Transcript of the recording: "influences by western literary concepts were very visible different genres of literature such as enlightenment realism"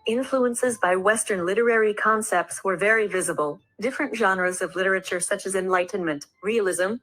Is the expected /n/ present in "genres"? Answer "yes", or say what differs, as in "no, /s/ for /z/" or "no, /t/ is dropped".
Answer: yes